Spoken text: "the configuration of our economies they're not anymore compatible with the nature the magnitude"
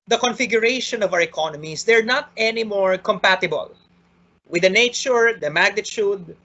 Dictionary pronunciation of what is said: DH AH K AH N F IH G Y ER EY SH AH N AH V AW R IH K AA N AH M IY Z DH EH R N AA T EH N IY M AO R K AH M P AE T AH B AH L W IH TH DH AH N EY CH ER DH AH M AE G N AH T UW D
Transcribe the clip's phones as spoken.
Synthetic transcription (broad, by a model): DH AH K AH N F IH G Y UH EY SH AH N AH V AW R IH K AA N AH M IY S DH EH R N AA T EH N IY M AO R K AH M P AE T AH B AH L W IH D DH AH N EY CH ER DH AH M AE G N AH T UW D